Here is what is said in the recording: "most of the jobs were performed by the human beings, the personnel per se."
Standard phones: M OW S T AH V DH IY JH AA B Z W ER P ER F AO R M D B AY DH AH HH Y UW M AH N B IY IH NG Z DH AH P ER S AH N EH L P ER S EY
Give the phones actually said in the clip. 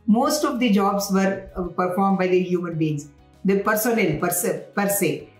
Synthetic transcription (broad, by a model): M OW S T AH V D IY JH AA B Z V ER P ER F AO R M D B AY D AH HH Y UW M AH N B IY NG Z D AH P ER S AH N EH L P ER S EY